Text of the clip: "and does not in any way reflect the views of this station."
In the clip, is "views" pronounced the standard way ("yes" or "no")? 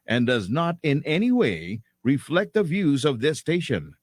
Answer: yes